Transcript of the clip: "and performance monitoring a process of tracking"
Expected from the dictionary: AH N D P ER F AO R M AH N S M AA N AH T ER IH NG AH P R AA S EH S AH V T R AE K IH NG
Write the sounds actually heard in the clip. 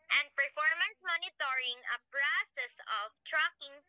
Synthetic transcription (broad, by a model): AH N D P ER F AO R M AH N S M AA N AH T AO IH NG AH B R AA S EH S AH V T R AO K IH NG